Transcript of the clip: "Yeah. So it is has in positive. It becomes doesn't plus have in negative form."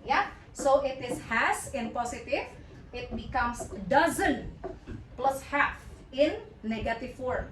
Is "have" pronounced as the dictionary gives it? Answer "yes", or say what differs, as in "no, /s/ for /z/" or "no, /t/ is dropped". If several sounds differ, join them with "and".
no, /f/ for /v/